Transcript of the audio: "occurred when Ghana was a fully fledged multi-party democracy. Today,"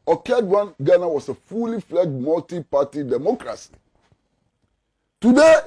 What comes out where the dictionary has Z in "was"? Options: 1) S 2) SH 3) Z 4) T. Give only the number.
1